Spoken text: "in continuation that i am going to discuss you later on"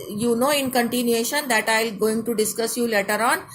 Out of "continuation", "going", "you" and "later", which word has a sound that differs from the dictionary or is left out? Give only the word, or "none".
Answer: none